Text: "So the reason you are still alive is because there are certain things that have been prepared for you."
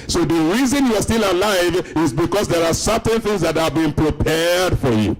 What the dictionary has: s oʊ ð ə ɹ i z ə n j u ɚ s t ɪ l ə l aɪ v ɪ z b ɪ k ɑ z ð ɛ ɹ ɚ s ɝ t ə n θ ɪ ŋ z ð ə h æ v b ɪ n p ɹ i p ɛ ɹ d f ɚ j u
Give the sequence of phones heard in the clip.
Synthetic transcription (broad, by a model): s oʊ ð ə ɹ i z ə n j u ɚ s t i l ə l aɪ v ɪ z b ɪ k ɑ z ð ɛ ɹ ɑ s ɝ t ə n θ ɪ ŋ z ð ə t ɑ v b ɪ n p ɹ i p ɛ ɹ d f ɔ j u